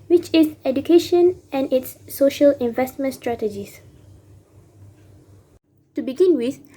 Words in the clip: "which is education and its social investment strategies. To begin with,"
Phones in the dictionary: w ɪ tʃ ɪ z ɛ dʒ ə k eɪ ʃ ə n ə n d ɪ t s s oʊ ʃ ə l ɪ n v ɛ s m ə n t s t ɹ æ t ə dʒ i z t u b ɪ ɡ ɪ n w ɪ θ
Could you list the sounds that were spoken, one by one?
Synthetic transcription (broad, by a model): w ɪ tʃ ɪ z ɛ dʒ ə k eɪ ʃ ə n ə n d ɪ t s s oʊ ʃ ə l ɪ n v ɛ s m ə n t s t ɹ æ t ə dʒ i s t u b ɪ ɡ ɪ n w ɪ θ